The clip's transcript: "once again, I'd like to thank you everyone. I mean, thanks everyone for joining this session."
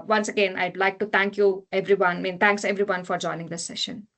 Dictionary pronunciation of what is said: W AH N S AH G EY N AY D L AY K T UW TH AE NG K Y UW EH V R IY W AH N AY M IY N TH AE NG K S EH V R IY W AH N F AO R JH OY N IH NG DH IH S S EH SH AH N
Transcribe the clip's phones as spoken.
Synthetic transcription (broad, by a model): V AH N S AH G EY N AY D L AY K T UW T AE NG K Y UW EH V R IY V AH N M IY N T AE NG K S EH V R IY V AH N F AO R JH OY N IH NG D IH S S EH SH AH N